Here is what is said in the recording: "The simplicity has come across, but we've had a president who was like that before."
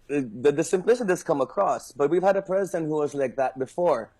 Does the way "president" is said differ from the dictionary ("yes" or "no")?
no